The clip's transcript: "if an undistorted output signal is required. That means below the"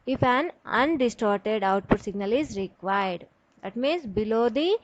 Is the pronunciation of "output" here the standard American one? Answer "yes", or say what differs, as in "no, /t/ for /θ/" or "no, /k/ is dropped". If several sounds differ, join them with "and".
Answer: yes